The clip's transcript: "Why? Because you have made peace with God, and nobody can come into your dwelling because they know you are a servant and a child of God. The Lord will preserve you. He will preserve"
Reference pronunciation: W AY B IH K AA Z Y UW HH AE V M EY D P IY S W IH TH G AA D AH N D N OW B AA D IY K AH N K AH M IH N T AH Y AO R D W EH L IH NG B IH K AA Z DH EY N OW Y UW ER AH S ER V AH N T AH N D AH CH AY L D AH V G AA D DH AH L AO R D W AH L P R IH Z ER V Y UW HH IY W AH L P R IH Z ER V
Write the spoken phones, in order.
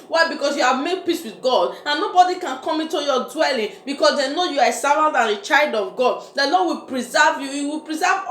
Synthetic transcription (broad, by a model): W AY B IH K AA S Y UW HH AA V M EY D P IY S W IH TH G AA D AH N N OW B AA D IY K AH N K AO M IH N T AH Y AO D W EH L IH NG B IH K AA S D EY N OW Y UW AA AH S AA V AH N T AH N AH CH AY L D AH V G AA D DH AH L AO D W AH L P R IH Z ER V Y UW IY W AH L P R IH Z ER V